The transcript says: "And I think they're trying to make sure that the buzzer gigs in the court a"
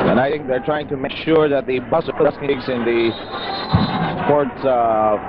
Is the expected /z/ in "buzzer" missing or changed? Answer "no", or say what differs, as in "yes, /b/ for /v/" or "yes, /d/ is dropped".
yes, /s/ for /z/